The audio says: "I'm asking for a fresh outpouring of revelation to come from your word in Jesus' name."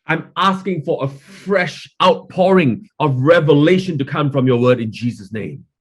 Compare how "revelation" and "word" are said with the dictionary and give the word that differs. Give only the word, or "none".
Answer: none